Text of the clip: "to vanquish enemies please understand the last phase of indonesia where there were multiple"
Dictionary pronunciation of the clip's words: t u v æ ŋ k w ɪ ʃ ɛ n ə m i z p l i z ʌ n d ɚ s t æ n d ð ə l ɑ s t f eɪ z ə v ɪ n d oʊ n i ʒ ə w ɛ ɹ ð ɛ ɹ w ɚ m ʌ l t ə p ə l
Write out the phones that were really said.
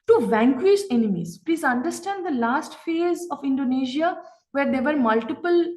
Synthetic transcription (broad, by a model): t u v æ ŋ k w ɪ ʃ ɛ n ə m i z p l i z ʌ n d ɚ s t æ n d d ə l ɑ s t f eɪ z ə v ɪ n d oʊ n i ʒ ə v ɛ ɹ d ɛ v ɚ m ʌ l t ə p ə l